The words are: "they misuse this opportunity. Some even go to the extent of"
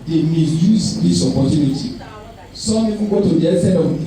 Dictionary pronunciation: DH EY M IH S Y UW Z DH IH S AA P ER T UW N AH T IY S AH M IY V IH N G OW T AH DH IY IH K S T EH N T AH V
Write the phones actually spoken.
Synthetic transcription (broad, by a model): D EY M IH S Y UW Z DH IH S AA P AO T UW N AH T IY S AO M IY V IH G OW T AH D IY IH S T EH T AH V